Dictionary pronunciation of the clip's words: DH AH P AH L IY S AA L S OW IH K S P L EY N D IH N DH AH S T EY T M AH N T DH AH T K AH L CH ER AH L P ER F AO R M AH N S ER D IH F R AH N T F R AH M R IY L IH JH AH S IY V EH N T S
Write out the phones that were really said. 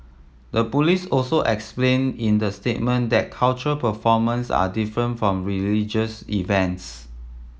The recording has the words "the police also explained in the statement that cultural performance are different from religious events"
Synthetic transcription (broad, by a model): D AH P AH L IY S AA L S OW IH K S P L EY N IH N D AH S T EY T M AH N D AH T K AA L CH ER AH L P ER F AO M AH N S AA D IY F R AH N T F R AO M R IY L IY JH AH S IY V EH N T S